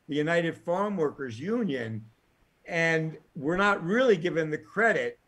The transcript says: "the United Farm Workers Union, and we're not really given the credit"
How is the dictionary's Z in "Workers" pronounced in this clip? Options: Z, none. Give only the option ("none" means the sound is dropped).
Z